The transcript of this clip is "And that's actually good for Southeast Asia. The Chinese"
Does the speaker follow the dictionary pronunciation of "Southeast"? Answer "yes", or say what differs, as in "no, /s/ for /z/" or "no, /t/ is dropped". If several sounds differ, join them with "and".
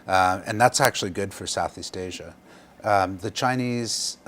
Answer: yes